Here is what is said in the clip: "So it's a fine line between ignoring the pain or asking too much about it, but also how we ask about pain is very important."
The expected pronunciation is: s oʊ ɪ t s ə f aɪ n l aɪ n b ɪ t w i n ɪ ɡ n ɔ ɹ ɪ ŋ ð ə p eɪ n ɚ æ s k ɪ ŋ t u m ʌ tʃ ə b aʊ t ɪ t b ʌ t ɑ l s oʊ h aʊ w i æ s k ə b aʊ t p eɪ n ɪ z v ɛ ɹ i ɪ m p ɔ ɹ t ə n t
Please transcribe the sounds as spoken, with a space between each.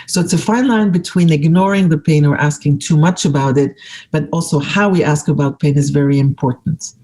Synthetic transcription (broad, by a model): s oʊ ɪ t s ə f aɪ n l aɪ n b ɪ t w i n ɪ ɡ n ɔ ɹ ɪ ŋ ð ə p eɪ n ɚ æ s k ɪ ŋ t u m ʌ tʃ ə b aʊ t ɪ t b ʌ t ɑ l s oʊ h aʊ w i æ s k ə b aʊ t p eɪ n ɪ z v ɛ ɹ i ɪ m p ɔ ɹ t n t